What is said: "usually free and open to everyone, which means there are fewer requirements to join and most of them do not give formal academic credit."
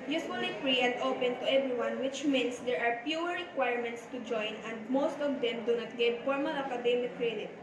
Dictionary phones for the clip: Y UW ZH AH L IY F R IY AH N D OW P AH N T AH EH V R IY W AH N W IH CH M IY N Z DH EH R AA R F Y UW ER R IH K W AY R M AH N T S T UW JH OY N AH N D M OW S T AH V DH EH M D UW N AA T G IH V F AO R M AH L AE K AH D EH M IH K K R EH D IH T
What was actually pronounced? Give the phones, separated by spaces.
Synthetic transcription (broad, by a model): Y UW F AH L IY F R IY AH N D OW P AH N T AH EH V R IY W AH N W IH CH M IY N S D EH R AA R P Y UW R R IH K W AY R M AH N T S T UW JH OY N AH N D M OW S T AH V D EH M D UW N AA T G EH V F AO R M AH L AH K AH D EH M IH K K R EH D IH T